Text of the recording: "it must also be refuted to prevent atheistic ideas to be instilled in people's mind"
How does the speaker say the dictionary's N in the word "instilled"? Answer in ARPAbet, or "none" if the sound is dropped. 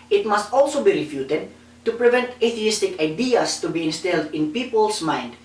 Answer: N